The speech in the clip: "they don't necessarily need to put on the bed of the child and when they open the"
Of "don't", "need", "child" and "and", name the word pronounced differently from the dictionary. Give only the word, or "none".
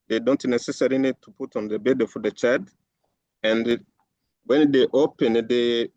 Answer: child